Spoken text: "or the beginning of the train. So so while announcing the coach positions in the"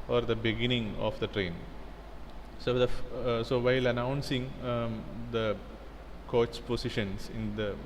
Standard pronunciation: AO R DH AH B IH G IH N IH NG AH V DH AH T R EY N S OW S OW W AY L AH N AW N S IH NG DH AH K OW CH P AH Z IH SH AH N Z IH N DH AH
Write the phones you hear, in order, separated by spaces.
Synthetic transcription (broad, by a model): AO R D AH B IH G IH N IH NG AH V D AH T R EY N S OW S OW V AY L AH N AW N S IH NG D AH K OW S P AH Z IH SH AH N S IH N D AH